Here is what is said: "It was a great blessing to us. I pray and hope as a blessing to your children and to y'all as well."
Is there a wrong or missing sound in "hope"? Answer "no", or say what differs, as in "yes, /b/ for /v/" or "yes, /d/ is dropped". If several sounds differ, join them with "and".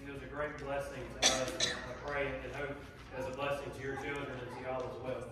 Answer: yes, /p/ is dropped